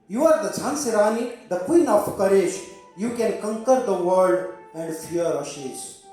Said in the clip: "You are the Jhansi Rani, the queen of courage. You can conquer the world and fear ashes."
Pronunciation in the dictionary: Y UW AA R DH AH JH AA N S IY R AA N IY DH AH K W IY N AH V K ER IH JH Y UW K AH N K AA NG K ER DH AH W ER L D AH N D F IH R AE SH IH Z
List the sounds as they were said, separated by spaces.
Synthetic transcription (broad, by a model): Y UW AA R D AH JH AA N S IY R AA N IY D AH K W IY N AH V K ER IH SH Y UW K AH N K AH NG K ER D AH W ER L D AH N D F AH R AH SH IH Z